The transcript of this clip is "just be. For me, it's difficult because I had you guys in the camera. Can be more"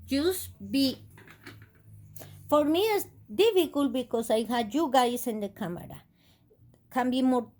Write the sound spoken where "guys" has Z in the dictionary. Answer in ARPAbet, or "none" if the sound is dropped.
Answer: S